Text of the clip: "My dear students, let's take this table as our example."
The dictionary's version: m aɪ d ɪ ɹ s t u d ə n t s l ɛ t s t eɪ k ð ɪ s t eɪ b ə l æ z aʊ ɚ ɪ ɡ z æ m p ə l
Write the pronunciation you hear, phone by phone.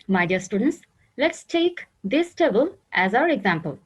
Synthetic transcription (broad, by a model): m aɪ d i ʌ s t u d ə n t s l ɛ t s t eɪ k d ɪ s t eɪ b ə l æ z aʊ ɚ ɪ ɡ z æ m p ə l